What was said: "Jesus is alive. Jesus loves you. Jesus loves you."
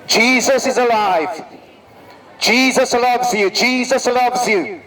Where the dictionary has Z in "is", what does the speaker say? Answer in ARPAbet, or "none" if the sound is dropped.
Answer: Z